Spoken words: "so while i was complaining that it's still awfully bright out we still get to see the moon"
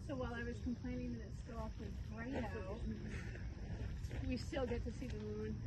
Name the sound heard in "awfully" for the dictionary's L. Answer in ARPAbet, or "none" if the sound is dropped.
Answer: W